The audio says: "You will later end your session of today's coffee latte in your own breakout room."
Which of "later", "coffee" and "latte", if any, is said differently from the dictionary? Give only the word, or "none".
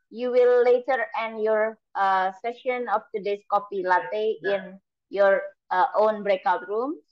coffee